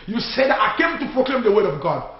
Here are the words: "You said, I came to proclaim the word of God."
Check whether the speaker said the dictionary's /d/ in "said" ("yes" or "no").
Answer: yes